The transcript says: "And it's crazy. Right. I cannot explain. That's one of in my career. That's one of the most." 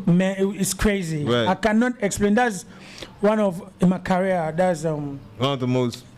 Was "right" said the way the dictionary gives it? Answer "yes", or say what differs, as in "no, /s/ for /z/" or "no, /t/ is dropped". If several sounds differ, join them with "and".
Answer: no, /t/ is dropped